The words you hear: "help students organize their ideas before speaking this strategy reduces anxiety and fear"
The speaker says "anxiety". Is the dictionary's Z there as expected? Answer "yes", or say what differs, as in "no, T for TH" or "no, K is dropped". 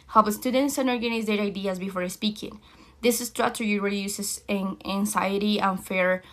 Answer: no, S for Z